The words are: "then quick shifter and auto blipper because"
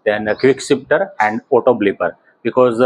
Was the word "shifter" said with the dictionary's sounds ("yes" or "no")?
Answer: no